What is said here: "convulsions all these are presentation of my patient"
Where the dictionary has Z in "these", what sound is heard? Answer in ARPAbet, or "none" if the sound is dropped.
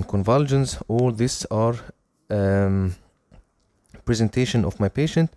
S